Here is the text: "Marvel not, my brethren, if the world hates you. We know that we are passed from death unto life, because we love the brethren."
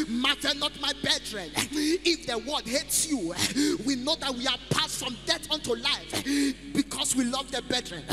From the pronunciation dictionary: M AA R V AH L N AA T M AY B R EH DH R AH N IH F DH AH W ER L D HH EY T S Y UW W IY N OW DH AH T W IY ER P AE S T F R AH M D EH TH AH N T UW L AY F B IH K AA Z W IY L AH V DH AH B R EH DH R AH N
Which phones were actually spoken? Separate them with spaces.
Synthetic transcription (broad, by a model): M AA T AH N AA T M AY B EH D R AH N IH F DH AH W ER D HH EY T S Y UW W IY N OW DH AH T W IY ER P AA S T F R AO M D EH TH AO N T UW L AY F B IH K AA S W IY L AH V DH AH B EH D R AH N